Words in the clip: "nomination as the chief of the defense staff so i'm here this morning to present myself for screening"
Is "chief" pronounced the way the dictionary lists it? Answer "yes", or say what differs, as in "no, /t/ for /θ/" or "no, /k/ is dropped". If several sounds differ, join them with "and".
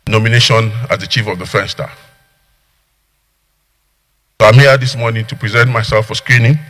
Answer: yes